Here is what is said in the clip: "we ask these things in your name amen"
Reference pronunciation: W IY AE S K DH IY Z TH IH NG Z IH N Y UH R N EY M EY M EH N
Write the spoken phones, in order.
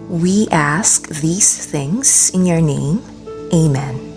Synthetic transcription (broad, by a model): W IY AE S K DH IY Z TH IH NG Z IH N Y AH R N EY M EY M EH N